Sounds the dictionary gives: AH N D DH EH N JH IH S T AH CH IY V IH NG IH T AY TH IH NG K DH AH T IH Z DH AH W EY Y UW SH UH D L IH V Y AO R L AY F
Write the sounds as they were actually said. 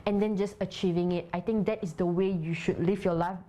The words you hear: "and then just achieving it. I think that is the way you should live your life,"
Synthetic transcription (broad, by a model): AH N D EH N JH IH S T AH CH IY V IH NG IH T AY T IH NG K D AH T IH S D AH W EY Y UW SH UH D L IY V Y AO L AY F